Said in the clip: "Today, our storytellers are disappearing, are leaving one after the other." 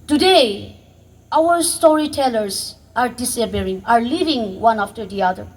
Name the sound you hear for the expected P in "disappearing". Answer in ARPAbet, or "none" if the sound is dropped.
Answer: B